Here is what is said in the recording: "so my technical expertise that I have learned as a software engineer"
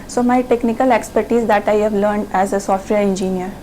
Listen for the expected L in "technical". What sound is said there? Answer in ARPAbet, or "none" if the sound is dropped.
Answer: L